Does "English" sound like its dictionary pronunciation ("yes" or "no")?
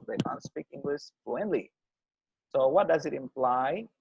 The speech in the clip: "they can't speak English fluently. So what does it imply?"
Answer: no